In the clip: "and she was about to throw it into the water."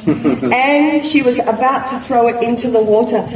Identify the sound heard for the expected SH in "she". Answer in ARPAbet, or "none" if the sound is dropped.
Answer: SH